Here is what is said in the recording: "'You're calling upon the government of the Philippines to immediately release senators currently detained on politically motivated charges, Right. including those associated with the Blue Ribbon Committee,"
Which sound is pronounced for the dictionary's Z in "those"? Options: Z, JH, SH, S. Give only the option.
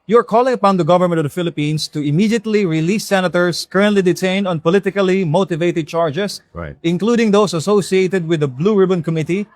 S